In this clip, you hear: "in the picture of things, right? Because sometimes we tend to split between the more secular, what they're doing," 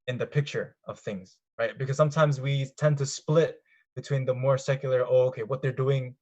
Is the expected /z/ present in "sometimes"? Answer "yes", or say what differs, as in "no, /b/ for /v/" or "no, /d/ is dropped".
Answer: yes